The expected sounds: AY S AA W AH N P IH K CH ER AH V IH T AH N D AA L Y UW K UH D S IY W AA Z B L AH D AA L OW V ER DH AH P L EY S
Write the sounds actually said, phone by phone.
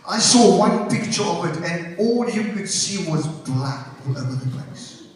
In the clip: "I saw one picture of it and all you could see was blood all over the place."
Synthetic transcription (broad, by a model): AY S AA W AH N P IH K CH ER AH V IH T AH N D AA L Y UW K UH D S IY W AA Z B L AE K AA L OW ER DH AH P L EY S